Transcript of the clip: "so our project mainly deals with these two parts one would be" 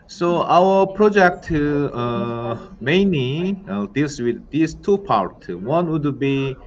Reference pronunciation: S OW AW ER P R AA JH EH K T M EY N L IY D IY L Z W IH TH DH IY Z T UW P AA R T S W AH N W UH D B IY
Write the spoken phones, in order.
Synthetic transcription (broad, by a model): S OW AW ER P R AA JH EH K T M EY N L IY D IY L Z W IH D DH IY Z T UW P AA R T W AH N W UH D B IY